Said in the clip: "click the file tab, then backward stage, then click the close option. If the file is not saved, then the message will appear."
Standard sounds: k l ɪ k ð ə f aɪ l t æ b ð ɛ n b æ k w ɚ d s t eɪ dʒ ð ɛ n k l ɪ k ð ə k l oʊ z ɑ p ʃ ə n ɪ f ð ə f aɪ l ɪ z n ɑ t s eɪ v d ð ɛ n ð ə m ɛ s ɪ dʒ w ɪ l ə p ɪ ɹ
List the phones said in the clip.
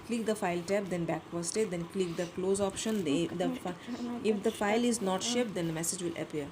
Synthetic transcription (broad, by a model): k l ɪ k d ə f aɪ l t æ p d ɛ n b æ k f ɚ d s t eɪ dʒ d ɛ n k l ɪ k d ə k l oʊ z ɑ p ʃ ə n ɪ f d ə f aɪ l ɪ z n ɑ t ʃ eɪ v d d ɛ n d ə m ɛ s ɪ dʒ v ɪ l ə p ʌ ɹ